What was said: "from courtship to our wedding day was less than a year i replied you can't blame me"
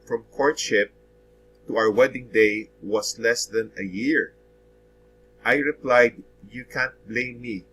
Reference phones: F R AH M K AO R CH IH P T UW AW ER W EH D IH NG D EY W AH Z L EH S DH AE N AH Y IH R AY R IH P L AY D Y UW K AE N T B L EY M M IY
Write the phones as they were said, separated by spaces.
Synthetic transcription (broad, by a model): F R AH M K AO R CH IH P T UW AW ER W EH D IH NG D EY W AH S L EH S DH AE N AH Y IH R AY R IH P L AY D Y UW K AE N T B L EY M M IY